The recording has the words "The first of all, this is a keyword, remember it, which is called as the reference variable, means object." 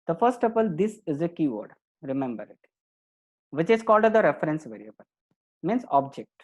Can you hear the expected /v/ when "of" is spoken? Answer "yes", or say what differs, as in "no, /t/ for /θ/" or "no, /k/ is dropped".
no, /p/ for /v/